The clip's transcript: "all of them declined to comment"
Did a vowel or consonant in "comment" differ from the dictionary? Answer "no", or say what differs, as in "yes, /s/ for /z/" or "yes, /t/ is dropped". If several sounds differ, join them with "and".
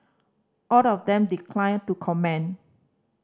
yes, /t/ is dropped